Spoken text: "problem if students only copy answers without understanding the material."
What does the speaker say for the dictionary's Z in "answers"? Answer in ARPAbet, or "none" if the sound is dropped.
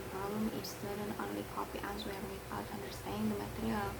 none